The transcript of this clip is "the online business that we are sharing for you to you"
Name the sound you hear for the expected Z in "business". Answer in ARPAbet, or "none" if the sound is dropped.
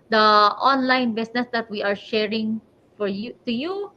S